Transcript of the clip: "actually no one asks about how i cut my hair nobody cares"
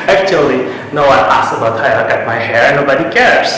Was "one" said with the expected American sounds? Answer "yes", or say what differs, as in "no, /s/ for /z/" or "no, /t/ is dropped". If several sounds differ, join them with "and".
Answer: no, /n/ is dropped